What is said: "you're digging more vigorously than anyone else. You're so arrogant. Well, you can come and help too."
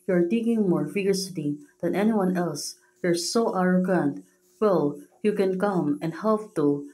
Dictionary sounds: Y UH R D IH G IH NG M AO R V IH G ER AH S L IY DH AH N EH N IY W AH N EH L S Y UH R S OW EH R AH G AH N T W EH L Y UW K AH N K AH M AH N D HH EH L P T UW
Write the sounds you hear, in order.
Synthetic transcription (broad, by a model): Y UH R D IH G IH NG M AO R F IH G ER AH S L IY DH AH N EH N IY W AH N EH L S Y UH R S OW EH R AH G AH N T W EH L Y UW K AH N K AH M AH N D HH EH L P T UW